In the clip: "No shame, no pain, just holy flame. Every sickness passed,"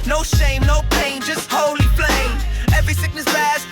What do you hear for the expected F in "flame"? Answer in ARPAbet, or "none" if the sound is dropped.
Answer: P